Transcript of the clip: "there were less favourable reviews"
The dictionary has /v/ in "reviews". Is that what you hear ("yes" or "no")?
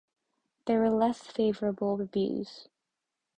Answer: no